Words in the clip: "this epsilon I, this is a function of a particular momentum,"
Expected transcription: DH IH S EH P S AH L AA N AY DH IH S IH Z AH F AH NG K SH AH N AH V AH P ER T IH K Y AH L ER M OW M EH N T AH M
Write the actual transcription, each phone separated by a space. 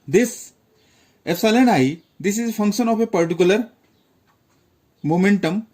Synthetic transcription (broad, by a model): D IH S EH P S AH L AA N AY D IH S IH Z AH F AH NG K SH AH N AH P AH P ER T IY K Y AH L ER M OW M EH N T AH M